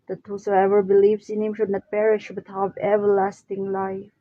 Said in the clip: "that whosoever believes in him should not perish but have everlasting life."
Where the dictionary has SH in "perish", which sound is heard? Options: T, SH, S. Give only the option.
SH